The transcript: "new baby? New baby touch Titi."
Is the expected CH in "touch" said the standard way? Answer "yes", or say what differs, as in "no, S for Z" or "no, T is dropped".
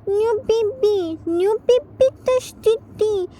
no, S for CH